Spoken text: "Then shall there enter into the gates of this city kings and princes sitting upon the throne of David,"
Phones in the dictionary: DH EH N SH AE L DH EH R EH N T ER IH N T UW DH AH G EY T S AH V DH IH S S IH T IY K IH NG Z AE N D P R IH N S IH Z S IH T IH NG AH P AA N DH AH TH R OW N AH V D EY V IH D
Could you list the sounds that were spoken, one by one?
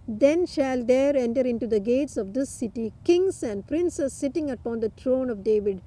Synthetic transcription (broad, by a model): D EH N SH AE L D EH R EH N T ER IH N T UW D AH G EY T S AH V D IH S S IH T IY K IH NG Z AE N D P R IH N S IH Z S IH T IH NG AH P AA N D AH T R OW N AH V D EY V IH D